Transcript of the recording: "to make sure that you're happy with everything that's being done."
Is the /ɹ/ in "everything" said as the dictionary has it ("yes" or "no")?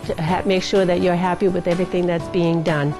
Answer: yes